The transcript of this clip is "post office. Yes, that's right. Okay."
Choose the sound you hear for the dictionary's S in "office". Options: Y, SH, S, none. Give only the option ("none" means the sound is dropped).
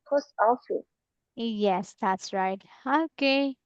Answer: none